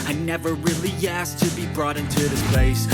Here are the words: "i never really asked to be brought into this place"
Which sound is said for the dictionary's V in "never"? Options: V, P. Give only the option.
V